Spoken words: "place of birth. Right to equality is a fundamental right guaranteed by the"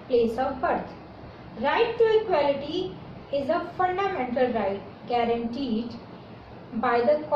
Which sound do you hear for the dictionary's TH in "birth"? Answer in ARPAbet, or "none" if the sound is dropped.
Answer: T